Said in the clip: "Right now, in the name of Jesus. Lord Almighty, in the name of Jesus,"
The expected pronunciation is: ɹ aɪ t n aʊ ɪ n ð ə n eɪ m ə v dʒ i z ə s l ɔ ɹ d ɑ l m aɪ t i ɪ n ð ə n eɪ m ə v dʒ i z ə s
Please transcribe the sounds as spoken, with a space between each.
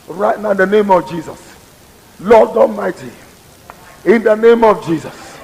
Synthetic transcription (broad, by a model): ɹ aɪ t n aʊ ɪ n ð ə n eɪ m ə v dʒ i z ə s l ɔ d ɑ m aɪ t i ɪ n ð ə n eɪ m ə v dʒ i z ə s